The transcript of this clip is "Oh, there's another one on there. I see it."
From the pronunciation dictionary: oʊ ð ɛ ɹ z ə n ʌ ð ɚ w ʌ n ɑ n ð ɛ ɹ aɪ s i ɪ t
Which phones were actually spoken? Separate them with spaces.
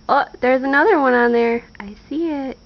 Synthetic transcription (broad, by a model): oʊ ð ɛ ɹ z ə n ʌ ð ɚ w ʌ n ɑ n ð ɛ ɹ aɪ s i ɪ t